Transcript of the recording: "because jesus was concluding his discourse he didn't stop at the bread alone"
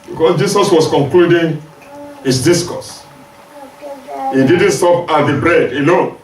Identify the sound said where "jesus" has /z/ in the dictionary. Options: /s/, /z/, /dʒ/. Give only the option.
/s/